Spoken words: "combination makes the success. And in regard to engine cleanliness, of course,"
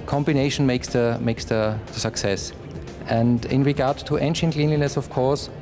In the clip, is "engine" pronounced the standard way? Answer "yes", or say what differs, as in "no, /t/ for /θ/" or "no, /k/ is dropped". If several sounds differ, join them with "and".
no, /ʃ/ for /dʒ/